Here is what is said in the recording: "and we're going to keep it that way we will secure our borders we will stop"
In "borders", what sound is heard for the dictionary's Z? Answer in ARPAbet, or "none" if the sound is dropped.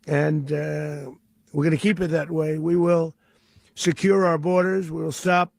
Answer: Z